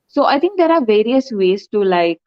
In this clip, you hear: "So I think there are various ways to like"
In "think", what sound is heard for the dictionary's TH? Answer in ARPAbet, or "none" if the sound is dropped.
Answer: T